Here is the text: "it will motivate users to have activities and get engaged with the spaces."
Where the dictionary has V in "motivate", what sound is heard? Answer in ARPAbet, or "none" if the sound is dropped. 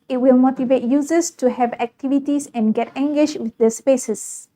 V